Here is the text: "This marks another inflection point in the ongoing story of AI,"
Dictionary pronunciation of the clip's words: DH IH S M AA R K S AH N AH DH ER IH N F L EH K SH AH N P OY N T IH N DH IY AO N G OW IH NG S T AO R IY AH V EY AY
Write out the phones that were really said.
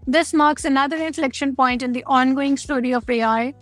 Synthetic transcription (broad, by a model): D IH S M AA R K S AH N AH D ER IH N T L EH K SH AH N P OY N T IH N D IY AO N G OW IH NG S T AO R IY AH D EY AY